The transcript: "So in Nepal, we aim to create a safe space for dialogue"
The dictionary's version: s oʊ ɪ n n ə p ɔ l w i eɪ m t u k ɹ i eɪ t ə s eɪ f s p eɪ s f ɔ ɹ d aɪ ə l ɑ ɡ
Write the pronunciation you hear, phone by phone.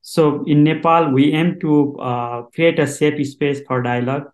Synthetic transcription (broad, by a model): s oʊ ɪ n n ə p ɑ l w i eɪ m t u k ɹ i eɪ t ə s eɪ p s p eɪ s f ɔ ɹ d aɪ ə l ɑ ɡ